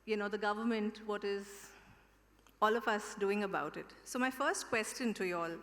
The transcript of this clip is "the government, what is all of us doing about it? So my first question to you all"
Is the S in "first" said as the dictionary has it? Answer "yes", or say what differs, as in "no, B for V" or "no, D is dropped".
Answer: yes